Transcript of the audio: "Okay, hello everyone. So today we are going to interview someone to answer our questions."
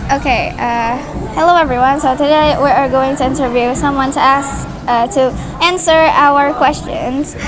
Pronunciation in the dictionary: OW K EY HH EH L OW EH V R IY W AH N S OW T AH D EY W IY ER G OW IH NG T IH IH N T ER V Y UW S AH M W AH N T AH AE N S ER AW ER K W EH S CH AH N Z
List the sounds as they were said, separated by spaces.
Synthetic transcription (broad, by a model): OW K EY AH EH L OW EH V R IY W AH N S OW T AH D EY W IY ER G OW IH NG T IH IH N T ER V Y UW S AH M W AH N T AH AE N S ER AW ER K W EH S CH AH N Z